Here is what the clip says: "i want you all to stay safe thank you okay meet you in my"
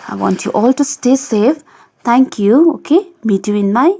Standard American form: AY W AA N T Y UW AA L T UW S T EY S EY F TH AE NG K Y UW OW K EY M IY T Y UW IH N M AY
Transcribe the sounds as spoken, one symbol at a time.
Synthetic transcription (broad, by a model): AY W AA N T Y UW AA L T UW S T EY S EY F T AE NG K Y UW OW K EY M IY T Y UW IH N M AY